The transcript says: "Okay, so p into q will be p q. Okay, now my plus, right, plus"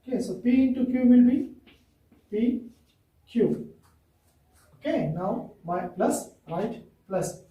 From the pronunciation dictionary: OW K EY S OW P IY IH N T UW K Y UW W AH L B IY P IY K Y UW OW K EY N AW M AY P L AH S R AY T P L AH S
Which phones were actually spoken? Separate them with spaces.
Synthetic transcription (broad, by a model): K EY S OW P IY IH N T UW K Y UW W AH L B IY P IY K Y UW OW K EY N AW M AY P L AH S R AY T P L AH S